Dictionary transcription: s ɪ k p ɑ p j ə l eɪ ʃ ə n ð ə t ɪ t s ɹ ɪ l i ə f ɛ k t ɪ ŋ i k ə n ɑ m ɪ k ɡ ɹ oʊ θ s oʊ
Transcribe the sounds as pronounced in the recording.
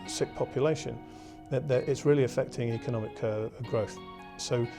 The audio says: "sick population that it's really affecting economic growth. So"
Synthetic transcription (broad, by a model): s ɪ k p ɑ p j ə l eɪ ʃ ə n ð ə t ɪ t s ɹ ɪ l i ə f ɛ k t ɪ ŋ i k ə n ɑ m ɪ k ɡ ɹ oʊ θ s oʊ